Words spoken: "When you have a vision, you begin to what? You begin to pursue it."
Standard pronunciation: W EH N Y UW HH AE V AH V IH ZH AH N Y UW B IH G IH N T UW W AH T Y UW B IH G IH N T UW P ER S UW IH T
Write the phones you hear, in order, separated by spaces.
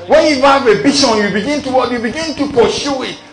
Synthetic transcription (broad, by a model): W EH N Y UW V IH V AH B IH SH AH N Y UW B IH G IH N T UW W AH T Y UW B IH G IH N T UW P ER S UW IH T